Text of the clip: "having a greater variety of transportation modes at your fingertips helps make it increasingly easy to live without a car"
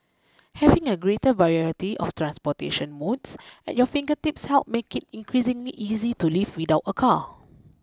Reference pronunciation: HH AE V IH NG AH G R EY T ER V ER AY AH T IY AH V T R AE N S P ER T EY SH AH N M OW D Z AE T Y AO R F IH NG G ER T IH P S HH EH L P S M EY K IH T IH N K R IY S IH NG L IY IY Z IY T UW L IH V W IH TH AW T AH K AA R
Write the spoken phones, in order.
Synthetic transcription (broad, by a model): HH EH V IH NG AH G R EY T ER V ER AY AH T IY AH F T R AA N S P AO T EY SH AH N M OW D S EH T Y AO F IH NG G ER T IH P S HH EH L P M EY K IH T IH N K R IY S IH NG L IY IY Z IY T UW L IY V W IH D AW T AH K AA